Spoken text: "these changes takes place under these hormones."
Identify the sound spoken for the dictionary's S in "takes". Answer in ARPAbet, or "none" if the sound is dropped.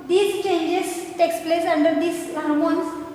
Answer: S